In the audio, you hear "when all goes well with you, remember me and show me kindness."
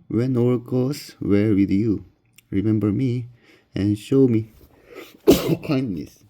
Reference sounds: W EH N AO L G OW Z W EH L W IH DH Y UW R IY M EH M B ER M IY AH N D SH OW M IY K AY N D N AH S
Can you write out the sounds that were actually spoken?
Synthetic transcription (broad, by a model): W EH N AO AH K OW S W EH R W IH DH Y UW R IY M EH M B ER M IY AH N SH OW M IY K AY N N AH S